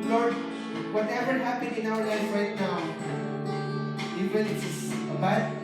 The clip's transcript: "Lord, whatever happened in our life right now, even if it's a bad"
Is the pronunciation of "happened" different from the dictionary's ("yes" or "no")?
yes